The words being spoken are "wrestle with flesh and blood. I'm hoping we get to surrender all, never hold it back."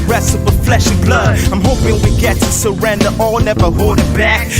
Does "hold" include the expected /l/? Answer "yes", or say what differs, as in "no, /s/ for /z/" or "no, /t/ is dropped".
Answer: no, /l/ is dropped